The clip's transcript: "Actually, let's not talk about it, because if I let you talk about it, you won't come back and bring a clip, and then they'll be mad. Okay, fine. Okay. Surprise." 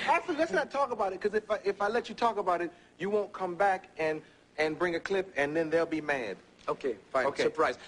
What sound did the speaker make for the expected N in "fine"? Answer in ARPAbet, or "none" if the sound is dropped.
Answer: none